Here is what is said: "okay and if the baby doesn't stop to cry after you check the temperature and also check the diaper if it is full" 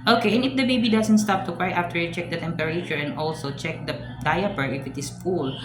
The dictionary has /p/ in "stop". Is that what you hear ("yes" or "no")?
yes